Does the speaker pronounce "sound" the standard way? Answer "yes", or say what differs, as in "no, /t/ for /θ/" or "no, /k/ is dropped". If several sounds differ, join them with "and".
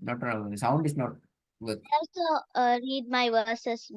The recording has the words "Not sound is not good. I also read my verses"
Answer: yes